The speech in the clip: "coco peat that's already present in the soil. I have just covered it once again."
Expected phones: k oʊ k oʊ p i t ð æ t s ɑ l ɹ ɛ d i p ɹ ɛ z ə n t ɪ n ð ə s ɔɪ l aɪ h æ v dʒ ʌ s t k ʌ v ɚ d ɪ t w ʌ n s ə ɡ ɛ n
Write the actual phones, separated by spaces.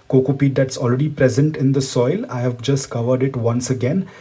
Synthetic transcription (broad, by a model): k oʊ k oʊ p i t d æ t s ɑ l ɹ ɛ d i p ɹ ɛ z ə n t ɪ n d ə s ɔɪ l aɪ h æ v dʒ ʌ s t k ʌ v ɚ d ɪ t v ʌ n s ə ɡ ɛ n